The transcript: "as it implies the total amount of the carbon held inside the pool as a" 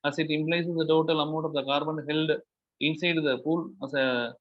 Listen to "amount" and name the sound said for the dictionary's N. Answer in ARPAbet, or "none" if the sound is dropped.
none